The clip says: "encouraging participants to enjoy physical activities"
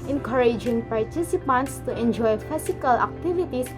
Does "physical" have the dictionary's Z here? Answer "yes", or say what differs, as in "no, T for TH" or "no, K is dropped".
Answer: no, S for Z